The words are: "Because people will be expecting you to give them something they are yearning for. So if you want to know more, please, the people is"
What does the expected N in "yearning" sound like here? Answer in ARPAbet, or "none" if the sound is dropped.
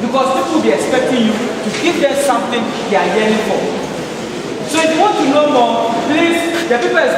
none